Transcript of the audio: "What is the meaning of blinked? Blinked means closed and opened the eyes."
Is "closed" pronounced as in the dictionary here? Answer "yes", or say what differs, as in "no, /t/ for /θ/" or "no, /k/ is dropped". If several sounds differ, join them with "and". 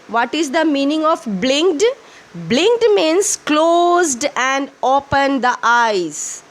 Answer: yes